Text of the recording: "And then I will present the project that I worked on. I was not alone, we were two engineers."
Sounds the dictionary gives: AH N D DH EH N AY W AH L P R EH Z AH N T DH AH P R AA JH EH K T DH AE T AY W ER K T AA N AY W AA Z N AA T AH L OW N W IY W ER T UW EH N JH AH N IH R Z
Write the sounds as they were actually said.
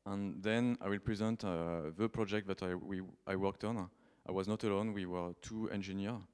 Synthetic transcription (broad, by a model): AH N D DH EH N AY W AH L P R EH Z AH N T DH AH P R AA JH EH K T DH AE T AY W ER K T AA N AY W AA Z N AA T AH L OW N W IY W ER T UW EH N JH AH N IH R